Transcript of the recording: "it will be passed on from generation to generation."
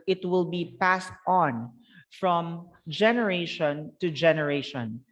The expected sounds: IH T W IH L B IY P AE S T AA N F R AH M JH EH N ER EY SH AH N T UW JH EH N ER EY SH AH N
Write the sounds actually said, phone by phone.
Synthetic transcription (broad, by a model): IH T W IH L B IY P AE S T AA N F R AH M JH EH N ER EY SH AH N T UW JH EH N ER EY SH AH N